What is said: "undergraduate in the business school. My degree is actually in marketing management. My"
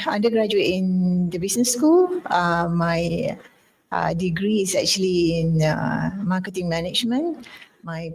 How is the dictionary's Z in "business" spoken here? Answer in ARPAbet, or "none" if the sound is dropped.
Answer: S